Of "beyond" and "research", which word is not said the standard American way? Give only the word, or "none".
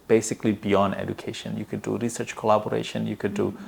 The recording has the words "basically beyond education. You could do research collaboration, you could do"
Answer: none